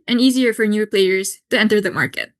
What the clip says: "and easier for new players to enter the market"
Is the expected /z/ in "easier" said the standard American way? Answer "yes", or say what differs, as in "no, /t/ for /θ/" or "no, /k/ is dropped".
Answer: yes